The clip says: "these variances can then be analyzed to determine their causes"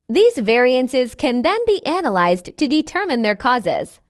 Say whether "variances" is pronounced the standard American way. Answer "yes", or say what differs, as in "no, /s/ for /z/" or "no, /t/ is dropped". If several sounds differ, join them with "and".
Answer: yes